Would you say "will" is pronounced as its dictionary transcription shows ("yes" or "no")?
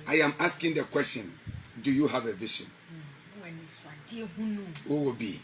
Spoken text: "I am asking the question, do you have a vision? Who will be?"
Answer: no